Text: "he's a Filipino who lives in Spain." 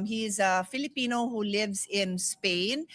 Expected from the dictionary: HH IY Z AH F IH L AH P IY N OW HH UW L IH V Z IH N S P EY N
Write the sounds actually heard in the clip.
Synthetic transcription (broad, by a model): HH IY Z AH F IH L AH P IY N OW HH UW L IH V Z IH N S P EY N